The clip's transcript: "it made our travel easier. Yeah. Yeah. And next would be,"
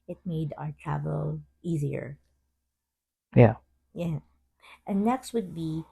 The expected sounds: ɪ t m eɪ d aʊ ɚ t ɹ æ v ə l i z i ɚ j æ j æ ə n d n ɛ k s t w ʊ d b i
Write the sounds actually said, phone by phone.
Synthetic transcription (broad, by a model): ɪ t m eɪ d aʊ ɚ t ɹ æ v ə l i z i ɚ j æ j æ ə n n ɛ k s t w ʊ d b i